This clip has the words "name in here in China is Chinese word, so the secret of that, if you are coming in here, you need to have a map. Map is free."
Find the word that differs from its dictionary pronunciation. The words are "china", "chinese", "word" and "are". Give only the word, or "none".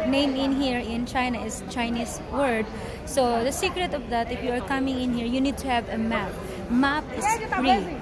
chinese